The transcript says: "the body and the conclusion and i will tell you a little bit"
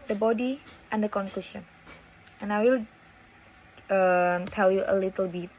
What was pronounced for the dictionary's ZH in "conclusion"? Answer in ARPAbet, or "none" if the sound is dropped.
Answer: SH